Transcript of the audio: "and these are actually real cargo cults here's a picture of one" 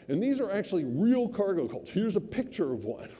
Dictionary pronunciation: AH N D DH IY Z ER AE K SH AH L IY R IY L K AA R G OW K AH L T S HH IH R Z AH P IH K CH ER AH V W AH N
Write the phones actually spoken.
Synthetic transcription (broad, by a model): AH N DH IY Z ER AE K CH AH L IY R IY L K AA R G OW K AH L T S HH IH R Z AH P IH K CH ER AH V W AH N